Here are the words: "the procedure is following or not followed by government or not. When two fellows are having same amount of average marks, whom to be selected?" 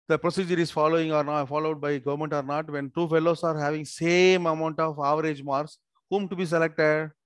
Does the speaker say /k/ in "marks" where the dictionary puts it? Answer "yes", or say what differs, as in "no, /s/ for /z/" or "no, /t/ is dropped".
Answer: no, /k/ is dropped